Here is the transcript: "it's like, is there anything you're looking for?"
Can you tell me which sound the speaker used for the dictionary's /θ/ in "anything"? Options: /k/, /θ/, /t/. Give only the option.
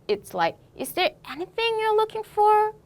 /θ/